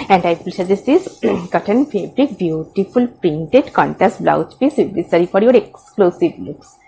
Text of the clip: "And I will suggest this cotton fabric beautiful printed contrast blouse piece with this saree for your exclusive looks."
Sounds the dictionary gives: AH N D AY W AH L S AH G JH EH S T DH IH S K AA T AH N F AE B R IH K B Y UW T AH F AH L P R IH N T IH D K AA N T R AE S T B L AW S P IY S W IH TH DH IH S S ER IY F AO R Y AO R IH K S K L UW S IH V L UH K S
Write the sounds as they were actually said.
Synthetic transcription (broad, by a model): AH N D AY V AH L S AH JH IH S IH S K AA T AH N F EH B R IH K B Y UW T AH F AH L P R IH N T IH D K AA N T AE S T B L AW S P IY S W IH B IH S S ER IY F AO R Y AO R IH K S K L UW S IH V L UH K S